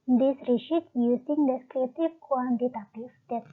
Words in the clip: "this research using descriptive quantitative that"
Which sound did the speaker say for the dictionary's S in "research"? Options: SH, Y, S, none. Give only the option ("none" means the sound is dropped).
SH